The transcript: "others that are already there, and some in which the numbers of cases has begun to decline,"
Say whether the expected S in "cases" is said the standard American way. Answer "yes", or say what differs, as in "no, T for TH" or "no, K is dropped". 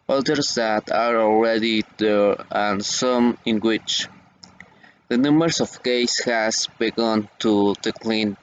no, S is dropped